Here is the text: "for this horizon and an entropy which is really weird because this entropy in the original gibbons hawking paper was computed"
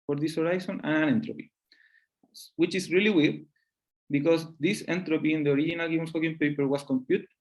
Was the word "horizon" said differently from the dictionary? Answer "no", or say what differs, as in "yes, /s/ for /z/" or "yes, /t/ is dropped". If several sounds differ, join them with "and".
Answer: yes, /s/ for /z/